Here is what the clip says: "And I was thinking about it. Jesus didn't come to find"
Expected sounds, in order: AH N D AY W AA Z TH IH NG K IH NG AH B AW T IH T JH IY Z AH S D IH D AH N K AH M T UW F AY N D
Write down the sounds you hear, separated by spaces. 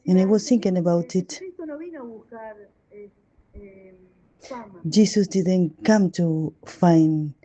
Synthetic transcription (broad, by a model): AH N AY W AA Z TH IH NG K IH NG AH B AW T IH T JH IY S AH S D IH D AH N K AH M T UW F AY N